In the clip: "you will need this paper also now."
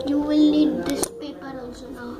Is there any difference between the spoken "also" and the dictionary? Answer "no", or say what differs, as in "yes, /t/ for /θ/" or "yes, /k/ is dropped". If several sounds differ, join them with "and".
yes, /l/ is dropped